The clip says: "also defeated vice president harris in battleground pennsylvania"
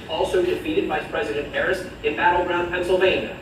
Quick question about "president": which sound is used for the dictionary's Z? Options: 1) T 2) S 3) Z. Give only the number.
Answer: 3